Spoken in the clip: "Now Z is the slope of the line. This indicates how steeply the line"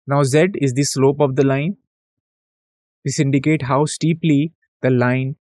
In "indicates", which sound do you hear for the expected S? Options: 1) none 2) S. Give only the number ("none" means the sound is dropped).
1